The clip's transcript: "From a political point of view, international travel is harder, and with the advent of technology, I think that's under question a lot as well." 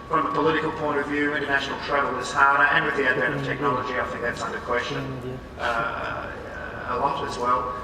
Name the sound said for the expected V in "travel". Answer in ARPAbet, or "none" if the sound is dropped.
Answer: none